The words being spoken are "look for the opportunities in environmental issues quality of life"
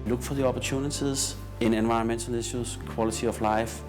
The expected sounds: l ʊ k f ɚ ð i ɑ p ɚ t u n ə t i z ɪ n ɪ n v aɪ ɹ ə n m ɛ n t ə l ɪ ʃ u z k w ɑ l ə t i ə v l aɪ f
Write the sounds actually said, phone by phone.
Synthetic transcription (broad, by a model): l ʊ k f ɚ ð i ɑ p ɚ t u n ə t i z ɪ n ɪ n v aɪ ə n m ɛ n s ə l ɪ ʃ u s k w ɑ l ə s i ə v l aɪ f